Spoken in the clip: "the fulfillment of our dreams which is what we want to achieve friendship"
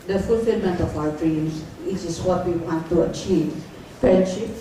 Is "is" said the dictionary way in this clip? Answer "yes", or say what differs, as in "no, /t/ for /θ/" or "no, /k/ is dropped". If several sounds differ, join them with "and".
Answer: no, /s/ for /z/